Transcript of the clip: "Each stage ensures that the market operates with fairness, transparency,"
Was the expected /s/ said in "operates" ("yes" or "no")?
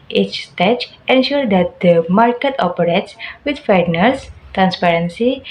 yes